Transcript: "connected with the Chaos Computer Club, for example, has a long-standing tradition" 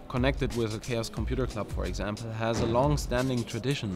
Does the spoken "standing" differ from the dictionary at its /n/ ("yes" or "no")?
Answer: no